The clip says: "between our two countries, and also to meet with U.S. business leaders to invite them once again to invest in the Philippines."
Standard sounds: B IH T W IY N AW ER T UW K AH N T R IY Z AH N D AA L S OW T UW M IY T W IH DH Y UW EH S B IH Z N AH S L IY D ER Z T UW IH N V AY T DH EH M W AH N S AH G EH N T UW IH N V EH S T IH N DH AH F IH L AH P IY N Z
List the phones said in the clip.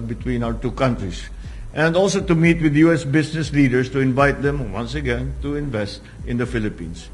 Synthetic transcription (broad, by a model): B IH T W IY N AW ER T UW K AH N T R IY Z AH N D AA L S OW T UW M IY T W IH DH Y UW EH S B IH S N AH S L IY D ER S T UW IH N V AY T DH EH M W AH N S AH G EH N T UW IH N V EH S T IH N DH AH F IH L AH P IY N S